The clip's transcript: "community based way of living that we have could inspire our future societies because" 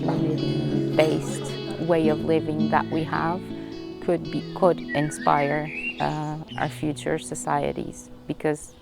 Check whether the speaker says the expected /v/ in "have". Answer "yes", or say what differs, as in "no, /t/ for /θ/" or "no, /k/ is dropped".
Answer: no, /b/ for /v/